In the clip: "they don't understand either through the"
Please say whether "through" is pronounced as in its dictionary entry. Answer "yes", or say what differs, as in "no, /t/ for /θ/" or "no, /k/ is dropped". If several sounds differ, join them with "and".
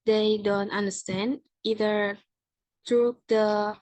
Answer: no, /t/ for /θ/